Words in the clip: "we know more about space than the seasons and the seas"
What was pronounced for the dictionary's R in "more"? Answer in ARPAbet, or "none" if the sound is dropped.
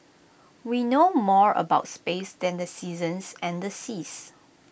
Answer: R